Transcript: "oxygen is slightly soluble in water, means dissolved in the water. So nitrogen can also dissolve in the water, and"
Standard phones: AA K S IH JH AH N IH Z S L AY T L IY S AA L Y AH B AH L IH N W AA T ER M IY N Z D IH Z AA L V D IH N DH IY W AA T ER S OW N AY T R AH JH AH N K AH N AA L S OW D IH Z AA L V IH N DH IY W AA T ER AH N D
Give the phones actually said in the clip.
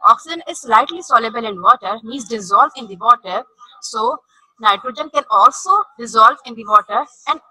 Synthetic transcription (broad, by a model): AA K S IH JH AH N IH Z S L AY T L IY S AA L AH B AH L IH N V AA T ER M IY Z D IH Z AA L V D IH N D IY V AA T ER S OW N AY T R AH JH AH N K AH N AA L S OW D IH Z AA L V IH N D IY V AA T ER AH N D